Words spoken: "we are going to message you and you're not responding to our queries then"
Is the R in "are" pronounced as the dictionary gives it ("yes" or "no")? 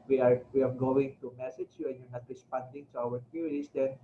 no